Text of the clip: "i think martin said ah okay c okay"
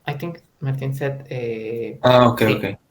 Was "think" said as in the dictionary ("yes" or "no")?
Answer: no